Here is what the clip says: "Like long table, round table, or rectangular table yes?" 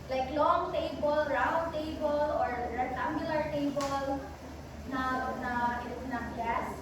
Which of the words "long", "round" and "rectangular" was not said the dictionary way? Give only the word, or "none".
rectangular